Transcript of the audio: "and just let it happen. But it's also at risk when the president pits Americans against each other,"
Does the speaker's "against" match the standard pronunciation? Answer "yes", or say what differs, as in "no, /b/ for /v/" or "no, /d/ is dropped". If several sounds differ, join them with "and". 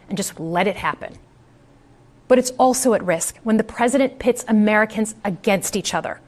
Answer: yes